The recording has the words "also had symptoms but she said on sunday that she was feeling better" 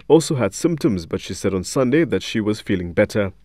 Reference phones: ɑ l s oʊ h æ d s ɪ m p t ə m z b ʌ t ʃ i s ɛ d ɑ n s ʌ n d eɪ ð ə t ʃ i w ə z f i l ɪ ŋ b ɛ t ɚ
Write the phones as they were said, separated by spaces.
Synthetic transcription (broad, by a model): ɑ l s oʊ h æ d s ɪ m p t ə m z b ʌ t ʃ i s ɛ d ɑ n s ʌ n d eɪ ð ə t ʃ i w ə z f i l ɪ ŋ b ɛ t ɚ